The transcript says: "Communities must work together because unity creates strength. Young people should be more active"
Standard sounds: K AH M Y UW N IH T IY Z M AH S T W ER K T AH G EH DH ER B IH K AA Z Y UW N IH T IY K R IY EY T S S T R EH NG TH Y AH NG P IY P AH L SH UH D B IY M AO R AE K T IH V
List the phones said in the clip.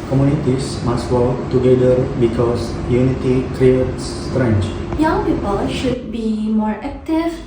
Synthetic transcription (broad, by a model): K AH M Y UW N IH T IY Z M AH S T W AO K T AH G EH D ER B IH K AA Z Y UW N IH T IY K R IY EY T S S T R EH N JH Y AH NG P IY P AH L SH UH D B IY M AO R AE K T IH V